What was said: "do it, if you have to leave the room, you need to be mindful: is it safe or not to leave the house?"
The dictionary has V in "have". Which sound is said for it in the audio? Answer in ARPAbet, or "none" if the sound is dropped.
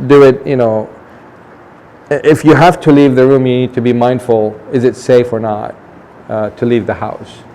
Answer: F